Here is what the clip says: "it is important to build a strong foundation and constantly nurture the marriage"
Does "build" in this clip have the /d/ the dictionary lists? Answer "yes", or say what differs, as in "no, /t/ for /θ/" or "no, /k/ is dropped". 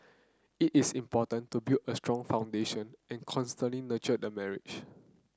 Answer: no, /d/ is dropped